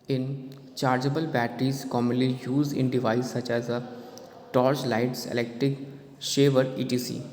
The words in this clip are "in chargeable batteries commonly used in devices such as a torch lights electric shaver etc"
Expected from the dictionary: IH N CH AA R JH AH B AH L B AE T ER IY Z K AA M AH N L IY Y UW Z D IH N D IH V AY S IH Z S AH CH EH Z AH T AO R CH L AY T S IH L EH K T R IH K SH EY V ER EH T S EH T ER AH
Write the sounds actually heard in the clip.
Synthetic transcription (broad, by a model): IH N CH AA R JH AH B AH L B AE T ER IY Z K AA M AH N L IY Y UW Z D IH N D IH V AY IH S AH CH EH Z AH T AO R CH L AY T S IH L EH K T R IH K SH EY V ER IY T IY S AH